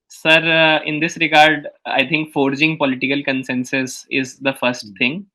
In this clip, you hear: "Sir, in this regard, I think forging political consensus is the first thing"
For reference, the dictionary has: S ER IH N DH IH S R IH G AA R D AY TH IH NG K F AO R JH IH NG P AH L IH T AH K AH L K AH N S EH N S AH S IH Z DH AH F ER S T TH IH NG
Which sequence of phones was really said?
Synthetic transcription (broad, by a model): S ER IH N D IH S R IH G AA R D AY T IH NG K F AO R JH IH NG P AH L IH T AH K AH L K AH N S EH N S AH S IH Z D AH F ER S T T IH NG